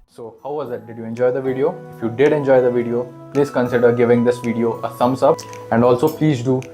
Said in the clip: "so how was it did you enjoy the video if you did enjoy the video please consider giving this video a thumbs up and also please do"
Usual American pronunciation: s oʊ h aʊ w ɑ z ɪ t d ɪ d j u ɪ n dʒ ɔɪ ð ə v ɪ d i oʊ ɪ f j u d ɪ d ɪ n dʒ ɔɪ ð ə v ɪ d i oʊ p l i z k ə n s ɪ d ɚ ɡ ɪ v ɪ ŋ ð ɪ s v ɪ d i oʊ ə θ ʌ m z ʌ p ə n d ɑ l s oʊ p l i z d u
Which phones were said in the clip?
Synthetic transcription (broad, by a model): s oʊ h aʊ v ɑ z ɪ t d ɪ d j u ɪ n dʒ ɔɪ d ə v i d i oʊ ɪ f j u d ɪ d ɪ n dʒ ɔɪ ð ə v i d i oʊ p l i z k ə n s ɪ d ɚ ɡ ɪ v ɪ ŋ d ɪ s v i d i oʊ ə s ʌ m s ʌ p ə n d ɑ l s oʊ p l i z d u